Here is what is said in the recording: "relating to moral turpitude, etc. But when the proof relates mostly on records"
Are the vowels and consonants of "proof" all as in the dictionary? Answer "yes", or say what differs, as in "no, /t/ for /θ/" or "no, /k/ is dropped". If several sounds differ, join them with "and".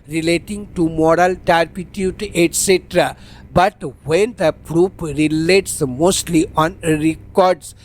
no, /p/ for /f/